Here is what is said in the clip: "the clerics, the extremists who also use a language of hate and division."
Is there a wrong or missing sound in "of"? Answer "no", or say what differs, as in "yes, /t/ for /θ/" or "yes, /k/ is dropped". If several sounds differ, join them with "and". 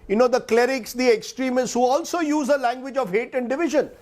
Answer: no